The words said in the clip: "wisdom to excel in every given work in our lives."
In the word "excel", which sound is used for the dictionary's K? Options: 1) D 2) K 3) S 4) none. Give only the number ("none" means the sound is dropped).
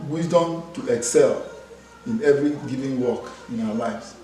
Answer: 2